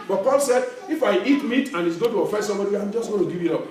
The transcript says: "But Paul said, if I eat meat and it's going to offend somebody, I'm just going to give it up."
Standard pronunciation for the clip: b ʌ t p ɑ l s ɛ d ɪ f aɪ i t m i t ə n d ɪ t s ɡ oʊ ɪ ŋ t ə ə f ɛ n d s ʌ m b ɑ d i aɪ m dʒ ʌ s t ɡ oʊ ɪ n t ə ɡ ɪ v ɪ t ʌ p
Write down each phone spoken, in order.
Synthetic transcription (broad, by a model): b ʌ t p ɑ l s ɛ d ɪ f aɪ i t m i t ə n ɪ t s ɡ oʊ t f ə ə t s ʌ m b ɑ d i aɪ m dʒ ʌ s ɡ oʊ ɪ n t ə ɡ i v ɪ t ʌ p